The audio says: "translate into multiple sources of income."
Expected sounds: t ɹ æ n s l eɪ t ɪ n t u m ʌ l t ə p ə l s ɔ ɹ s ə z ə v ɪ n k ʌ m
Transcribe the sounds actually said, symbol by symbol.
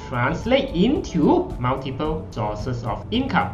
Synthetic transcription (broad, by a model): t ɹ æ n s l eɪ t ɪ n t u m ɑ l t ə p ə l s ɔ s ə s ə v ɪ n k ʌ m